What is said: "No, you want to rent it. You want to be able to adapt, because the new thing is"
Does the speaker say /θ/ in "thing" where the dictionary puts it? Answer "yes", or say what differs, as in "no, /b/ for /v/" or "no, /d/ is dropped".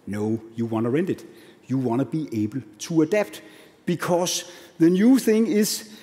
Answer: yes